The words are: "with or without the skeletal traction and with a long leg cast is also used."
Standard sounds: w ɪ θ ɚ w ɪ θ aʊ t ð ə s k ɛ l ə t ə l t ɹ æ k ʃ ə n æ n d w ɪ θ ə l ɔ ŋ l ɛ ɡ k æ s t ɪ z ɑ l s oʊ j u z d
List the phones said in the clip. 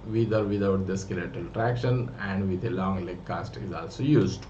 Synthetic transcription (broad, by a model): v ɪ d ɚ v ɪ t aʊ t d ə s k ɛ l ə t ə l t ɹ æ k ʃ ə n æ n d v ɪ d ə l ɔ ŋ l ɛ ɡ k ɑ s t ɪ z ɑ l s oʊ j u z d